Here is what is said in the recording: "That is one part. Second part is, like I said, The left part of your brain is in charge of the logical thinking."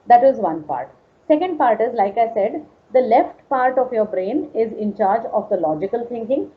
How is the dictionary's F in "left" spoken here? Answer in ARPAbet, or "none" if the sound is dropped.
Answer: F